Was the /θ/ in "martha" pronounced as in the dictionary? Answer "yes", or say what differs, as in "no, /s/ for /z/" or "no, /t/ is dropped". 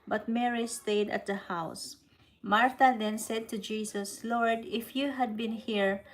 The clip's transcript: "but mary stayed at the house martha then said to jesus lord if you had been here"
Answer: no, /t/ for /θ/